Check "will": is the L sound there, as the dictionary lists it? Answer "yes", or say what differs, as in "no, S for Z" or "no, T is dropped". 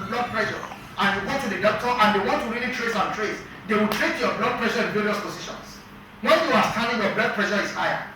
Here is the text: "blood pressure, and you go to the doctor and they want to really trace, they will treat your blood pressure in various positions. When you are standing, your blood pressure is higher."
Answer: no, W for L